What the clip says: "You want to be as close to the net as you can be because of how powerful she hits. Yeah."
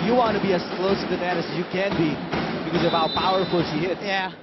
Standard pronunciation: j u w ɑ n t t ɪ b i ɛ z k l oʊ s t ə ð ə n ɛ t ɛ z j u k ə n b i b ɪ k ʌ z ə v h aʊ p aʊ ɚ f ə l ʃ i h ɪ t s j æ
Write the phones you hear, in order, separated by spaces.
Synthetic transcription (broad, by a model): j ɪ w ɑ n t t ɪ b i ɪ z k l oʊ s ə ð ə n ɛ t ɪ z j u k ə n b i b ɪ k ʌ z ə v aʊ p aʊ ɚ f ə l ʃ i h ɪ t j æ